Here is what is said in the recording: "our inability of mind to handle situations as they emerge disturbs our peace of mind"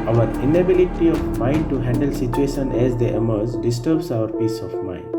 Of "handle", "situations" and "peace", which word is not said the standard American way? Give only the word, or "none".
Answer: situations